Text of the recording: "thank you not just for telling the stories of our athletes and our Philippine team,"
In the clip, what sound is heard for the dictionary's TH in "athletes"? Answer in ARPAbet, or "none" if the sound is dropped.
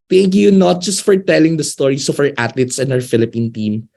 T